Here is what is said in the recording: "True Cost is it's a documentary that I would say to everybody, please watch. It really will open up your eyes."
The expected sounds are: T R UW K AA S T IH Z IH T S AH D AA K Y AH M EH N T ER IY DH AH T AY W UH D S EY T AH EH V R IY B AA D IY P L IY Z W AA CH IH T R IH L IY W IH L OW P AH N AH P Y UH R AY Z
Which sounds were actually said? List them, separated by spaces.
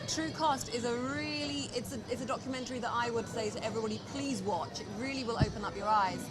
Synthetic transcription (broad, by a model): T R UW K AA S T IH Z IH T S AH D AA K Y AH M EH N T ER IY DH AH T AY W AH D S EY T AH EH V R IY B AA D IY P L IY Z W AA CH IH T R IH L IY W IH L OW P AH N AH P Y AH R AY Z